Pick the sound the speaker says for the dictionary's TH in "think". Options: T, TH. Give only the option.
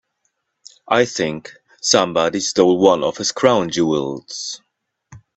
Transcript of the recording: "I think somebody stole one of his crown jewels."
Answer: TH